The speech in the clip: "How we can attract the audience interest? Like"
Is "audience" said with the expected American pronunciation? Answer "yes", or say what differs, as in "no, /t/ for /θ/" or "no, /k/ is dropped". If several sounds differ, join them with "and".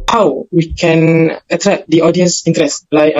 yes